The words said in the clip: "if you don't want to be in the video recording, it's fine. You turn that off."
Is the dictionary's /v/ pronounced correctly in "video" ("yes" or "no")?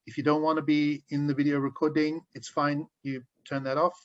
yes